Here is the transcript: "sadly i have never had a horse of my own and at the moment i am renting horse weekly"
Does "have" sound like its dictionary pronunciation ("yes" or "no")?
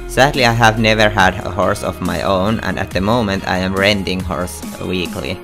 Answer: yes